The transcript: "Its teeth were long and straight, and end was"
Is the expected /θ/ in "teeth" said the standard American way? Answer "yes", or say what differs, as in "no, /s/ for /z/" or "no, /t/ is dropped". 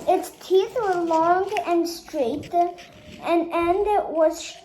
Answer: yes